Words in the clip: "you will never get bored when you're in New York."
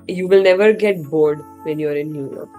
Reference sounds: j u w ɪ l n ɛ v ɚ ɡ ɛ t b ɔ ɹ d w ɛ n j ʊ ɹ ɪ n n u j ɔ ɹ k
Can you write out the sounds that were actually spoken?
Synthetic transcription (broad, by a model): j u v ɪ l n ɛ v ɚ ɡ ɛ t b ɔ ɹ d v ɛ n j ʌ ɹ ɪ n n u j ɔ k